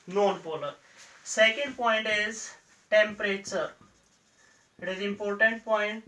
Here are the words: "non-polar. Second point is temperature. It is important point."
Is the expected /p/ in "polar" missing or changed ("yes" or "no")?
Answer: yes